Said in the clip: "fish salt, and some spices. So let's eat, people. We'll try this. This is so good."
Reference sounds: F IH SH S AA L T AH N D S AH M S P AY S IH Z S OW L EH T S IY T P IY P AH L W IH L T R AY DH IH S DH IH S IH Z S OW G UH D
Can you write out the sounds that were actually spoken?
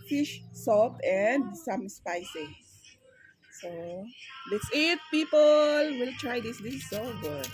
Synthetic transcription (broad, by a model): F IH SH S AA T AH N D S AH M S P AY S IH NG S OW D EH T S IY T P IY P AH L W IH L T R AY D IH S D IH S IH S OW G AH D